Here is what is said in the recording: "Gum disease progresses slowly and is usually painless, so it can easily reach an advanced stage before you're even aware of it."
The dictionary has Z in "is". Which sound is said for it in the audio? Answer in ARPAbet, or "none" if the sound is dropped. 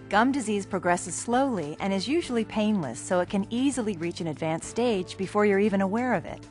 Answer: Z